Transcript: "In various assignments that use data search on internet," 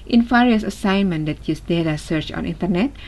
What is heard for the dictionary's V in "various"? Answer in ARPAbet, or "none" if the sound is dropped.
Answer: F